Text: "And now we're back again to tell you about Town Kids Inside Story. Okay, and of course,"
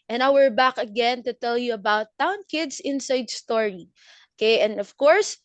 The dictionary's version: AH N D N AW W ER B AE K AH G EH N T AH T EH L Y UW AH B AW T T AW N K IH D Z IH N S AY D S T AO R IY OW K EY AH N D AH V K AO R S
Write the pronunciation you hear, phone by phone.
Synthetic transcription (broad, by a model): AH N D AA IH W ER B AE K AH G EH N T AH T EH L Y UW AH B AW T T AW N K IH D S IH N S AY D S T AO R IY OW K EY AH N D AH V K AO R S